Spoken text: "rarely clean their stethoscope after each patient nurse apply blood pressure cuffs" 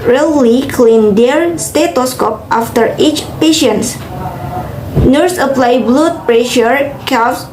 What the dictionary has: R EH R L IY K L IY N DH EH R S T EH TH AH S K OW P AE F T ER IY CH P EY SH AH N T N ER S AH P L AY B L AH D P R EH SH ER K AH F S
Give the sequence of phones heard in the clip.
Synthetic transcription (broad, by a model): R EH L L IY K L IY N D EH R S T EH T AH S K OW P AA F T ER IY CH P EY SH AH N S N ER S AH P L AY B L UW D P R EH SH ER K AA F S